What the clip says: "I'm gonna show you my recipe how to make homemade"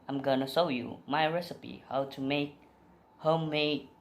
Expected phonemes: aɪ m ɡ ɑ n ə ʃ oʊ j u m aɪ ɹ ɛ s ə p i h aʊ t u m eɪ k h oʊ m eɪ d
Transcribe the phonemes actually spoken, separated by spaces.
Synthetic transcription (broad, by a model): aɪ m ɡ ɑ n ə s oʊ j u m aɪ ɹ ɛ s ə p i h aʊ t u m eɪ k h oʊ m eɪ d